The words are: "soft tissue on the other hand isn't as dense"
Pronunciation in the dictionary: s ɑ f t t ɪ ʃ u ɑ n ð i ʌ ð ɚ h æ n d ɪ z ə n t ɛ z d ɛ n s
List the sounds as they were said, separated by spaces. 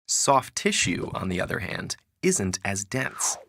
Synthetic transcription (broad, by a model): s ɑ f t t ɪ ʃ u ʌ n ð i ʌ ð ɚ h æ n d ɪ z ə n t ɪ z d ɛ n s